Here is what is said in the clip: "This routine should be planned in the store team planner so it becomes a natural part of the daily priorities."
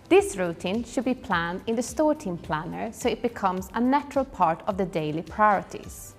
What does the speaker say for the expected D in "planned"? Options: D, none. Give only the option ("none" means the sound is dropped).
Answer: D